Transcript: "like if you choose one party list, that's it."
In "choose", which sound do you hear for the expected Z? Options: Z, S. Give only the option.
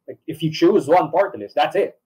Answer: Z